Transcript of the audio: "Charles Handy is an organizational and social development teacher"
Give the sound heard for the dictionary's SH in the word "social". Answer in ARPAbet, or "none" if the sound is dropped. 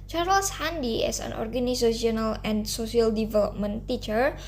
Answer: S